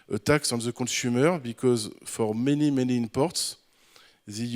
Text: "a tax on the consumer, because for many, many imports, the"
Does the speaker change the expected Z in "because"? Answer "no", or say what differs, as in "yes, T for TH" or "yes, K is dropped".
no